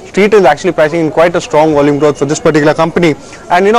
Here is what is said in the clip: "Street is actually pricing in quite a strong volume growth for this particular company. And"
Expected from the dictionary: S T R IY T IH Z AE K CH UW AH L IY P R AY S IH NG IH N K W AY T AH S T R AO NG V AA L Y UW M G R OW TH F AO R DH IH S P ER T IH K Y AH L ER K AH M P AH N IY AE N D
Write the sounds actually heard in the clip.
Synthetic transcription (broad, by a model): S T R IY T IH Z AE K CH UW AH L IY P AY S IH NG IH N K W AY T AH S T R AO NG V AA L Y UW M G R OW T F AO R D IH S P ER T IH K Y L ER K AH M P AH N IY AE N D